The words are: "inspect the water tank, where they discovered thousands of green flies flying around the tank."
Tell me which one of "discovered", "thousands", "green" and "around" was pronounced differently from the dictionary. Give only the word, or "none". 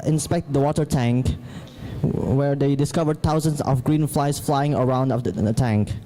thousands